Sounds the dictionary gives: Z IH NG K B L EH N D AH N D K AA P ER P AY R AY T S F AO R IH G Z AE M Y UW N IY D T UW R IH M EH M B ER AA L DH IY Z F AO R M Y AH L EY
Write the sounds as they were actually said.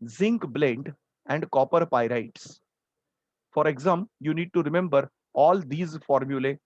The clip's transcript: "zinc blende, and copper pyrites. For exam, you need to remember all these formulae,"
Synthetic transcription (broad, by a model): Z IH NG K B L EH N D AH N D K AA P ER P AY R AY T S F AO R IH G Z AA M Y UW N IY D T UW R IH M EH M B ER AA L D IY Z F AO R M Y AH L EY